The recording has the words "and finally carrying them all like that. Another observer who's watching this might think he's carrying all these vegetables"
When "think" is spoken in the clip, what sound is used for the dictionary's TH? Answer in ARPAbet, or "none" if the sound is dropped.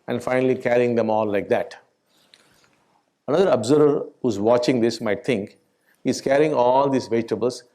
T